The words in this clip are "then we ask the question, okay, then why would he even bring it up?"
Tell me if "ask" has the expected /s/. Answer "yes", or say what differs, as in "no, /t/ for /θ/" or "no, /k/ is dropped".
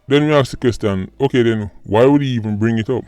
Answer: no, /s/ is dropped